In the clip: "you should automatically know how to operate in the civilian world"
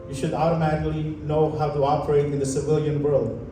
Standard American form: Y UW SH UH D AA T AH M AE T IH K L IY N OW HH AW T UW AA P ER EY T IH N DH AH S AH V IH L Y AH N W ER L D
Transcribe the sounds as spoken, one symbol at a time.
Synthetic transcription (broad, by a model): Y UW SH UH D AA T AH M AE T IH K L IY N OW HH AW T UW AA P ER EY T IH N DH AH S AH V IH L Y AH N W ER L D